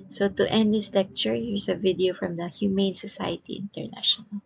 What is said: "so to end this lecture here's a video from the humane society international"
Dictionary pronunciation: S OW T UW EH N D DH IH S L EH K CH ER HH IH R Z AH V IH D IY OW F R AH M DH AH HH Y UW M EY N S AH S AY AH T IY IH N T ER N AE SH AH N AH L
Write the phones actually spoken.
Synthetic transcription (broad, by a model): S OW T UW EH N D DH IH S L EH K CH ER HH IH R S AH V IH D IY OW F R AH M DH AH HH Y UW M EY N S AH S AY AH T IY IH N T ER N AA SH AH N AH L